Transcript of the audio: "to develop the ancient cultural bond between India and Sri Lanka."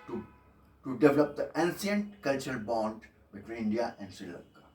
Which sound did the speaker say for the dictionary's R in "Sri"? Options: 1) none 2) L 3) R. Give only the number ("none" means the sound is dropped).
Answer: 1